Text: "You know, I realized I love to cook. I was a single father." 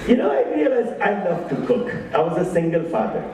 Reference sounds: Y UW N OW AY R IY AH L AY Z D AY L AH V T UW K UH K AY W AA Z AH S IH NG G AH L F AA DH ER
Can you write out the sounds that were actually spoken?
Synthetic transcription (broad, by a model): Y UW N OW AY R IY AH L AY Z AY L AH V T UW K UH K AY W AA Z AH S IH NG G AH L F AA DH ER